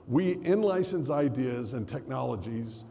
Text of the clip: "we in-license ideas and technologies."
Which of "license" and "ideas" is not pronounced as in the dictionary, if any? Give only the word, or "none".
none